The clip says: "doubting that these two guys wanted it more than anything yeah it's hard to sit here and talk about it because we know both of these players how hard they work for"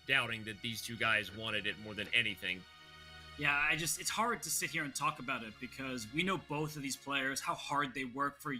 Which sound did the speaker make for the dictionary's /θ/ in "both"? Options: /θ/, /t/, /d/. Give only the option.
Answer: /θ/